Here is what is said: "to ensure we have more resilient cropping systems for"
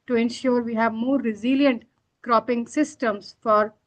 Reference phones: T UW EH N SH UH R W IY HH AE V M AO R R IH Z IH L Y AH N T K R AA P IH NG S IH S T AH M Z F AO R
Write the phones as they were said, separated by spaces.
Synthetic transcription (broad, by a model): T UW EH N SH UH R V IY HH AE V M AO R R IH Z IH L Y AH N T K R AA P IH NG S IH S T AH M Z F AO R